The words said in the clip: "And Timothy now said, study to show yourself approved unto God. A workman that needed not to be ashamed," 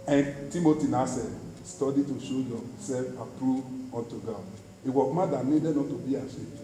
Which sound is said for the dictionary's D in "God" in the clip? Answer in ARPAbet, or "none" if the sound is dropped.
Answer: none